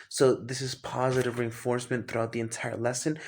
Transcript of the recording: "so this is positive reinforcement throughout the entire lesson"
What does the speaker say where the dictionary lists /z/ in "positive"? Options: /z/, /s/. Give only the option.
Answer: /z/